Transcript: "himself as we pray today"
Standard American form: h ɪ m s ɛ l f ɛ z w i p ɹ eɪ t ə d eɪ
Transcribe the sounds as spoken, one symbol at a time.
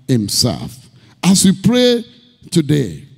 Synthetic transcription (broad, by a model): h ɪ m s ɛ l f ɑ s w i p ɹ eɪ t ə d eɪ